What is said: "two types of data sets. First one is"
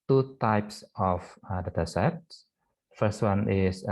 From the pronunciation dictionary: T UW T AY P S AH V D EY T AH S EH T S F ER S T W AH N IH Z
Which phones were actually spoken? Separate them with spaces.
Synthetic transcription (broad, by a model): T UW T AY P S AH F D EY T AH S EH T S F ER S T W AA N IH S